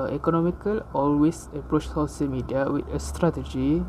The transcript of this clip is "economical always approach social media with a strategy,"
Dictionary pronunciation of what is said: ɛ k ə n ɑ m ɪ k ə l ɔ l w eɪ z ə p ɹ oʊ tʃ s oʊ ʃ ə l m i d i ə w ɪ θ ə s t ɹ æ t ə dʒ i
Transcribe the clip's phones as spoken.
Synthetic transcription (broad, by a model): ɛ k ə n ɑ m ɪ k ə l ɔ l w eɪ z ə p ɹ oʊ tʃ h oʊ s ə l m i d i ə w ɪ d ə s t ɹ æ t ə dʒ i